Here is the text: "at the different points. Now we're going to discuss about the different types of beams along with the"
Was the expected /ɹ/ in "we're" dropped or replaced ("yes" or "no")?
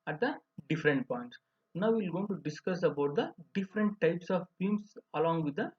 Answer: yes